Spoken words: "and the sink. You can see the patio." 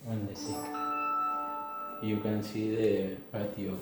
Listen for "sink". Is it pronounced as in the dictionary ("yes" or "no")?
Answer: no